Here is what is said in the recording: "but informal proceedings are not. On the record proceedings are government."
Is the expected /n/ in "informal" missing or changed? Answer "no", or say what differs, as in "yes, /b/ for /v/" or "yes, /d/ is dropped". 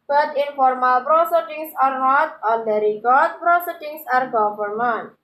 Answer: no